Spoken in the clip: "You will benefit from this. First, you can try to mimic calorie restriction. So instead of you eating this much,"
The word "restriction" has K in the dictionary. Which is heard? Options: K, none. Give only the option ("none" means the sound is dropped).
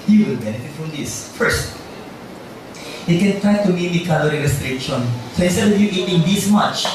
none